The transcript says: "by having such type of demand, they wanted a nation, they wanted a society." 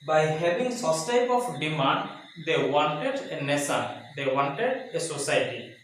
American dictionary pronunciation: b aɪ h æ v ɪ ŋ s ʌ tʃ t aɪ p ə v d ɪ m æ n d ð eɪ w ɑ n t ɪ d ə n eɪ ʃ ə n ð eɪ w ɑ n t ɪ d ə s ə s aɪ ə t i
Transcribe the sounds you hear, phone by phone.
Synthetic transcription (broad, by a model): b aɪ h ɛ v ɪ ŋ s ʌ s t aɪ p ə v d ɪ m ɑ n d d eɪ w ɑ n t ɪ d ə n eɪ s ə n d eɪ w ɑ n t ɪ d ə s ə s aɪ t i